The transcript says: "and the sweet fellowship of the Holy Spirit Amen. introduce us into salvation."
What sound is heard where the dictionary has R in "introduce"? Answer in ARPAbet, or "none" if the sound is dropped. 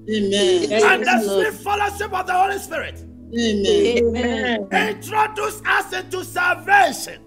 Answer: R